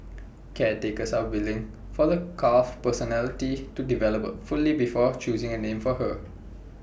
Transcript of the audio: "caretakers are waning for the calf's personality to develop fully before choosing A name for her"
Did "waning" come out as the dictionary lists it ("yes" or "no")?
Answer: no